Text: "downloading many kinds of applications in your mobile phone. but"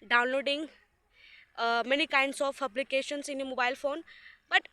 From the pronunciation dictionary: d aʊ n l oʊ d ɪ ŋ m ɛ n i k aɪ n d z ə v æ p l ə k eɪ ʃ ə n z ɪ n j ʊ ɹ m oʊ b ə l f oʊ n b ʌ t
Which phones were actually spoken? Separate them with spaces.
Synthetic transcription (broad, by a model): d aʊ n l oʊ d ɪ ŋ m ɛ n i k aɪ n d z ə p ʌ b l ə k eɪ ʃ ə n s ɪ n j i m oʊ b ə l f oʊ n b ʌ t